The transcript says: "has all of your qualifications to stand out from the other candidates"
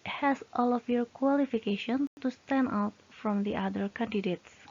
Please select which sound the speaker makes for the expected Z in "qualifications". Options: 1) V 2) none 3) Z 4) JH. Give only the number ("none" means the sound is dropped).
2